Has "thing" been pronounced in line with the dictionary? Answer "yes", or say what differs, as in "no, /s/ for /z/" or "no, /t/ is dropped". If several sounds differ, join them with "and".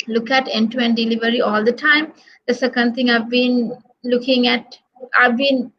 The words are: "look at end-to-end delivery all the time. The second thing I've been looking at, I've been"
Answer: no, /t/ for /θ/